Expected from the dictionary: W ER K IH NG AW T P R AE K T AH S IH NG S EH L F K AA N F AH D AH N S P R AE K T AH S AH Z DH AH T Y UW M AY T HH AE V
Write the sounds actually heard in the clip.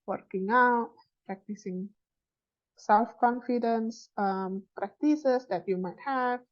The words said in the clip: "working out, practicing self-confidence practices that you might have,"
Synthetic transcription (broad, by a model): W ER K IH NG AW T P R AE K T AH S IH NG S EH L F K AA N F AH D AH N S P R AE K T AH S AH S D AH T Y UW M AY T HH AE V